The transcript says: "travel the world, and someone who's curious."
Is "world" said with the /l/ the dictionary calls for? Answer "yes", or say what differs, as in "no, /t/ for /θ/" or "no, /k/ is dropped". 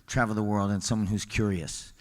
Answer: yes